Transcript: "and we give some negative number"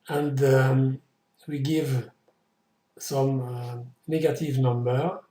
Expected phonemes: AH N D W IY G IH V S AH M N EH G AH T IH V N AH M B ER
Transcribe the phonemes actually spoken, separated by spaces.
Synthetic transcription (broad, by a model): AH N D W IY G IH V S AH M N EH G AH T IH V N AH M B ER